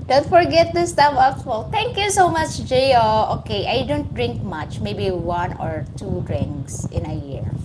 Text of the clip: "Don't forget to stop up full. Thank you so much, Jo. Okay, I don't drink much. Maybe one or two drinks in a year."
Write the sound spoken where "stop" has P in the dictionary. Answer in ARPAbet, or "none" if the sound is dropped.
F